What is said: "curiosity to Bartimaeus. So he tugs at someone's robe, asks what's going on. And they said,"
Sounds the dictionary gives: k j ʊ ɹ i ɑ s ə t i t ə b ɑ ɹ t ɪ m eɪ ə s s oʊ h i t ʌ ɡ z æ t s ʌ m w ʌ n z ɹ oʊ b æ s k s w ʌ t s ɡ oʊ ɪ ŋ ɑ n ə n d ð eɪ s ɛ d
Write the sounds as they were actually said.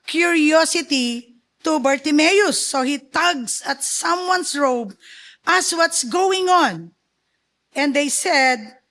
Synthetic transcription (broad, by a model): k j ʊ ɹ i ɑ s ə t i t ə b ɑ ɹ t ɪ m eɪ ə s s oʊ h i t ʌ ɡ s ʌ t s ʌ m w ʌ n s ɹ oʊ b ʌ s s w ʌ t s ɡ oʊ ɪ ŋ ɑ n ə n d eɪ s ɛ d